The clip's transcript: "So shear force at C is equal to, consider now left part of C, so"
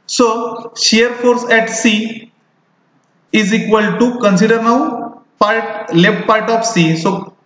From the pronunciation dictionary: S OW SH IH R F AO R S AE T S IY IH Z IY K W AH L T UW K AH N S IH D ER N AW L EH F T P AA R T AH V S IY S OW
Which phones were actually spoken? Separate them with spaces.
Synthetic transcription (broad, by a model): S OW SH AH R F AO R S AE T S IY IH Z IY K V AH L T UW K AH N S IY D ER N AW L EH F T P AA R T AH F S IY S OW